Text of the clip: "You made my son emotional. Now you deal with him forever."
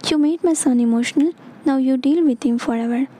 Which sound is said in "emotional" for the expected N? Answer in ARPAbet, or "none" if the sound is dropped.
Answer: N